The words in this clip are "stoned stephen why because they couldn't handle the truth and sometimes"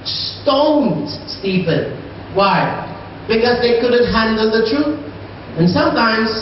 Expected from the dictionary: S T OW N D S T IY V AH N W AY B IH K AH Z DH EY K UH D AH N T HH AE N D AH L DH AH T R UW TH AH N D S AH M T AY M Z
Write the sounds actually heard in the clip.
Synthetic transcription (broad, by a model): S T OW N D S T IY P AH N W AY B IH K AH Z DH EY K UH D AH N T HH AE N D AH L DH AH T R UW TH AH N S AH M T AY M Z